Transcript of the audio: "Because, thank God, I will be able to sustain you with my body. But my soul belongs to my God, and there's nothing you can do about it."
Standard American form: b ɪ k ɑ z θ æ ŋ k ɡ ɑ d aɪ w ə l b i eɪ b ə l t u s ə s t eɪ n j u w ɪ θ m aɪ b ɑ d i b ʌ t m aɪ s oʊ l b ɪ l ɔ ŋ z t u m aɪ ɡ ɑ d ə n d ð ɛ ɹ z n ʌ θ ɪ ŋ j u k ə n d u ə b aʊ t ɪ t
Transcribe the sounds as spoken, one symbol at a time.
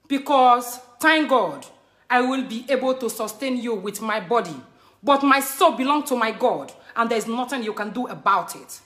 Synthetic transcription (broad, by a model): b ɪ k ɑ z t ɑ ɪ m ɡ ɑ d aɪ w ə l b i eɪ b ə l t u s ə s t eɪ n j u w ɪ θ m aɪ b ɑ d i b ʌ t m aɪ s oʊ l b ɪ l ɔ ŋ t u m aɪ ɡ ɑ d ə n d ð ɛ ɹ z n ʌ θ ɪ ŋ j u k ə n d u ə b aʊ t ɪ t